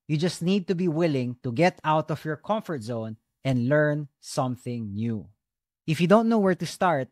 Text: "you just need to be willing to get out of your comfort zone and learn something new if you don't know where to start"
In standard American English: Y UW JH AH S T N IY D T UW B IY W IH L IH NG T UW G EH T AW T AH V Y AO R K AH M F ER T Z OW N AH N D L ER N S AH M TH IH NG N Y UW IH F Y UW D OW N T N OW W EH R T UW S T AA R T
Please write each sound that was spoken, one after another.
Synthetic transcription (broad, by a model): Y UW JH AH S T N IY D T UW B IY W IH L IH NG T UW G EH T AW T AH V Y AO R K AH M F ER T Z OW N AH N D L ER N S AH M TH IH NG N Y UW IH F Y UW D OW N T N OW W EH R T UW S T AA R T